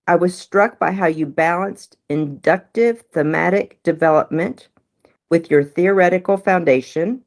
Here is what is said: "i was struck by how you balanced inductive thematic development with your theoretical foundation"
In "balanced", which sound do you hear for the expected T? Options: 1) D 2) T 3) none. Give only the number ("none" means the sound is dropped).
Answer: 2